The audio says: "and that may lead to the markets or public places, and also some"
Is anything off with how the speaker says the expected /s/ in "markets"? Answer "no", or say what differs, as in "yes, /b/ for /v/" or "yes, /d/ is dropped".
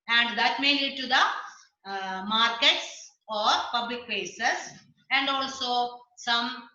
no